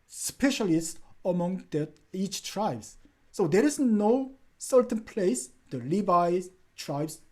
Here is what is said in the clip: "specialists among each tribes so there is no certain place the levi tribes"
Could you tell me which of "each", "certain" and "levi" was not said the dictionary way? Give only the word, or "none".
levi